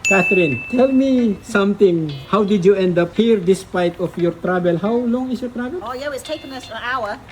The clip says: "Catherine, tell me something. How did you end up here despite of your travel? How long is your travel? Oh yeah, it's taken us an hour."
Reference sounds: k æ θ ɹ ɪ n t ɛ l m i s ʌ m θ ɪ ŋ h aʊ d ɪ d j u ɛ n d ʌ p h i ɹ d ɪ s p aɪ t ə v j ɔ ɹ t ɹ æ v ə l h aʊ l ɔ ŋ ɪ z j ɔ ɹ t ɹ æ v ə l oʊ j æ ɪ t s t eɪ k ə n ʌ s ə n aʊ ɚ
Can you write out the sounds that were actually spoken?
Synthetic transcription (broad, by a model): k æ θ ɹ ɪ n t ɛ l m i s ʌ m t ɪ ŋ h aʊ d ɪ d j u ɛ n d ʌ p h i ɹ d ɪ s p aɪ t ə f j ɔ ɹ t ɹ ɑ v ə l h aʊ l ɔ ŋ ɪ s j ɔ ɹ t ɹ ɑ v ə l oʊ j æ ɪ t s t eɪ k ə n ʌ s ə n aʊ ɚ